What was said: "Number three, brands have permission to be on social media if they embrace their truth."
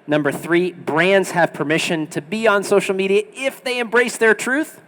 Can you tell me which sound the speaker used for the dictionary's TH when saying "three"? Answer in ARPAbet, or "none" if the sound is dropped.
TH